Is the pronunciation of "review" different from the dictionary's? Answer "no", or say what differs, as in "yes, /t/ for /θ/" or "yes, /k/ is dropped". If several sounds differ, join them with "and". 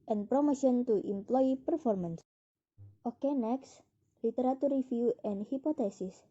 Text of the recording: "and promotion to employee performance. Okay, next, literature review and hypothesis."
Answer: yes, /f/ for /v/